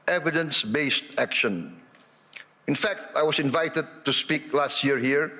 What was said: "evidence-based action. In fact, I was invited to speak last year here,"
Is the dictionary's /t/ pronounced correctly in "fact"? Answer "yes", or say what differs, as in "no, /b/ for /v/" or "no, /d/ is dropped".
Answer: yes